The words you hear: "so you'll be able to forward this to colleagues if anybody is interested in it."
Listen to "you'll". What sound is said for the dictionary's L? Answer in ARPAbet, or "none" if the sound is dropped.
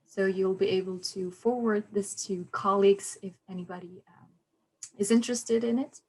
L